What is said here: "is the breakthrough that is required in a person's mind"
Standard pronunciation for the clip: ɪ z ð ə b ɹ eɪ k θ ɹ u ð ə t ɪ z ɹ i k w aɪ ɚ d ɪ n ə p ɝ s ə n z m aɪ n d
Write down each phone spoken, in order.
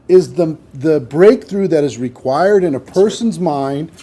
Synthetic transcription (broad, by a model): ɪ z ð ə b ɹ eɪ k θ ɹ u ð ə t ɪ z ɹ i k w aɪ ɚ d ɪ n ə p ɝ s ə n z m aɪ n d